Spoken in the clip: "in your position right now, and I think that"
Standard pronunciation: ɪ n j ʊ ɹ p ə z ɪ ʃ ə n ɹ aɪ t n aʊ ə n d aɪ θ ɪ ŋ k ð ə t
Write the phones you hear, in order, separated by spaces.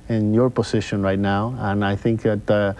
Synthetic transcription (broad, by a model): ɪ n j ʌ ɹ p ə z ɪ ʃ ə n ɹ aɪ t n aʊ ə n aɪ θ ɪ ŋ k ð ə t